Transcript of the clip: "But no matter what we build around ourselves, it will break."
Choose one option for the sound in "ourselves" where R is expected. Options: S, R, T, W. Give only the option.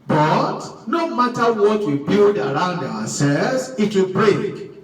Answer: W